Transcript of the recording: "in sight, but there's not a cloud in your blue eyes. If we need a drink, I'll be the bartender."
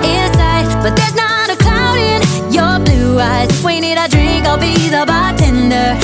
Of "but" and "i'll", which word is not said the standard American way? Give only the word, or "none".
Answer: none